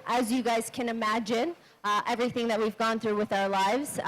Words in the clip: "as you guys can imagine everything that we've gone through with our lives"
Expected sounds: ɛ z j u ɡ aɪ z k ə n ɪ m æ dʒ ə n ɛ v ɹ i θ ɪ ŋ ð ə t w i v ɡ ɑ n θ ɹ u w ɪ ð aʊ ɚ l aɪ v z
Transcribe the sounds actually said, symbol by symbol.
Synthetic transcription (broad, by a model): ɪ z j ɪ ɡ aɪ z k ə n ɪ m æ dʒ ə n ɛ v ɹ i θ ɪ ŋ ð ə t w i v ɡ ɑ n θ ɹ u w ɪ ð aʊ ɚ l aɪ v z